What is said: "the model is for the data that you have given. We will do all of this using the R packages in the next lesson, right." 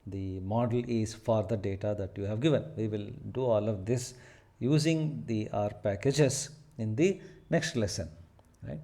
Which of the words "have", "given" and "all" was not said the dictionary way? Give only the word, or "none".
none